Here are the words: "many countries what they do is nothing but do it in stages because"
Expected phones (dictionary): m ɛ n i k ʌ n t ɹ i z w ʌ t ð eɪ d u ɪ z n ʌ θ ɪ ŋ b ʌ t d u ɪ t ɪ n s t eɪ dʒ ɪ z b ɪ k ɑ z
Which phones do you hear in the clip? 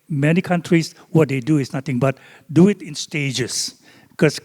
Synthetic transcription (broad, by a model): m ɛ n i k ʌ n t ɹ i s w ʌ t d eɪ d u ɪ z n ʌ t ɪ ŋ b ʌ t d u ɪ t ɪ n s t eɪ dʒ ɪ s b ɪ k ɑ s